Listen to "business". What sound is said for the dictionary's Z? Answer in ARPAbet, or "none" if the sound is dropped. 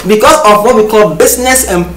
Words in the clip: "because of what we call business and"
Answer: S